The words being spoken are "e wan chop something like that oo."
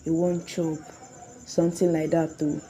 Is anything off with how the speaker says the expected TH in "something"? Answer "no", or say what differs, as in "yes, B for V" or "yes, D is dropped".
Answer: yes, T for TH